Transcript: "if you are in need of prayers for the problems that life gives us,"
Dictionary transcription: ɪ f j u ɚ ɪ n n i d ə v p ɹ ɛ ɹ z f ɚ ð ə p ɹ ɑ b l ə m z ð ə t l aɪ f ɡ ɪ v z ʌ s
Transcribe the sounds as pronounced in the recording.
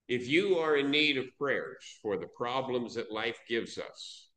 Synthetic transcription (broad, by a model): ɪ f j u ɚ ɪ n n i d ə v p ɹ ɛ ɹ z f ɚ ð ə p ɹ ɑ b l ə m z ð ə t l aɪ f ɡ ɪ v z ʌ s